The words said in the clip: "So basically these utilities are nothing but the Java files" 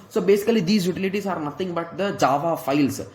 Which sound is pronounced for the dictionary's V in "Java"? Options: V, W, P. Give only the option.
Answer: V